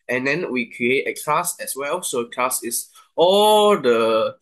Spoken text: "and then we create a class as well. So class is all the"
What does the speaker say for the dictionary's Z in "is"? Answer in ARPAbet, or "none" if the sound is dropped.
S